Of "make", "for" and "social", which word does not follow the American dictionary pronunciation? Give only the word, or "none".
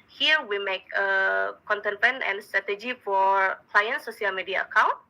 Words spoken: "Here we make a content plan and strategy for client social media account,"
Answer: social